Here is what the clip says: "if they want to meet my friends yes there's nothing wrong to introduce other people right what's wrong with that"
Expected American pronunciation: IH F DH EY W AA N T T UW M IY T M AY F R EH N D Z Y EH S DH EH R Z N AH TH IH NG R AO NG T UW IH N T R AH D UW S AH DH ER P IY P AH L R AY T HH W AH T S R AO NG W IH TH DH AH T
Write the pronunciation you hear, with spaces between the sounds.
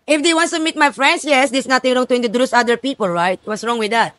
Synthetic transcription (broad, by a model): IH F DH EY W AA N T T UW M IY T M AY F R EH N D S Y EH S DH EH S N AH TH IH NG R AO NG T UW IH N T AH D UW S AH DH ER P IY P AH L R AY T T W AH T S R AO NG W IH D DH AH T